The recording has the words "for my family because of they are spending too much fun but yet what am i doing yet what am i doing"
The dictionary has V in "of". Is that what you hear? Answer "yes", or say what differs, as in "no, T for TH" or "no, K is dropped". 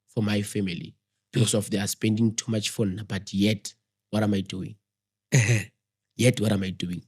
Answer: no, F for V